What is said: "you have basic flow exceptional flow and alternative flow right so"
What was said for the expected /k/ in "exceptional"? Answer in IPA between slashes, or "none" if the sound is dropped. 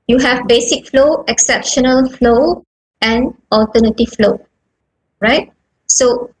/k/